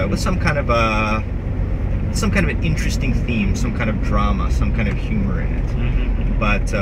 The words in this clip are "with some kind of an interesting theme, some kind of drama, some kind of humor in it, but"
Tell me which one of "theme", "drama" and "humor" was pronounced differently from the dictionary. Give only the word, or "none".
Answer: none